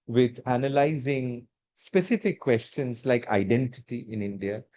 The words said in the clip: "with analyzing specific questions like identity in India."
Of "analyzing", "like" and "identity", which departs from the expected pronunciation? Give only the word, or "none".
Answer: none